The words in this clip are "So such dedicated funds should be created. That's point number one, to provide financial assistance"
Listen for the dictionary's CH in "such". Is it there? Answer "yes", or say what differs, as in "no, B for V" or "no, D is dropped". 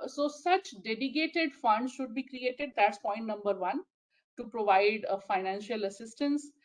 yes